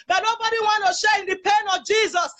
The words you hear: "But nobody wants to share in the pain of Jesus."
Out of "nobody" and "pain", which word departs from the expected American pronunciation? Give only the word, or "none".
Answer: none